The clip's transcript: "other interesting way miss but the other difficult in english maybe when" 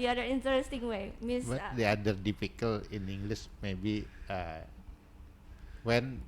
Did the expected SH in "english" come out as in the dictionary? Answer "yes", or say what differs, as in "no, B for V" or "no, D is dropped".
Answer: no, S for SH